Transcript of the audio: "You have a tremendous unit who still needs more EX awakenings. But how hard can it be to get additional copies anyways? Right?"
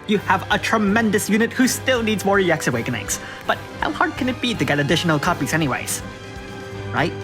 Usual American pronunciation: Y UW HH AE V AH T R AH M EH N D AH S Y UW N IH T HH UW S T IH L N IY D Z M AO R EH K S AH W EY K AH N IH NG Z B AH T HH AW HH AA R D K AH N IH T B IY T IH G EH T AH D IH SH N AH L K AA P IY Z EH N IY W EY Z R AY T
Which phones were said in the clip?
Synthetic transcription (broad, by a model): Y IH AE V AH T R AH M EH N D AH S Y UW N IH T HH UW S T IH L N IY D Z M AO R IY K S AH W EY K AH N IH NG S B AH T HH AW HH AA R D K AH N IH T B IY T IH G EH T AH D IH SH N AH L K AA P IY Z EH N IY W EY Z R AY T